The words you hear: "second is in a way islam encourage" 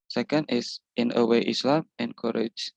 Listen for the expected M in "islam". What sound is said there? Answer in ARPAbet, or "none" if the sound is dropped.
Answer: M